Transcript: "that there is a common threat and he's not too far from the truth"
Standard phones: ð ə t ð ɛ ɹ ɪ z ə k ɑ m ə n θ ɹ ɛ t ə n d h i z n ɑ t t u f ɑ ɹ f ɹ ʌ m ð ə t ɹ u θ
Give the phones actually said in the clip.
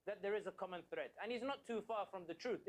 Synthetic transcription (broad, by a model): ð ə t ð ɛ ɹ ɪ z ə k ɑ m ə n θ ɹ ɛ t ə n h i z n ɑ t t u f ɑ ɹ f ɹ ʌ m ð ə t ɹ u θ